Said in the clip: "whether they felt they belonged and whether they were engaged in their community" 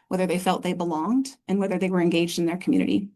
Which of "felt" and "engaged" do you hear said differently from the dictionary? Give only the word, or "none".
none